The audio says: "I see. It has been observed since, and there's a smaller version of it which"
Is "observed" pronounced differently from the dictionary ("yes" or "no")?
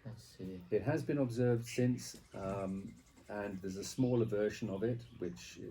no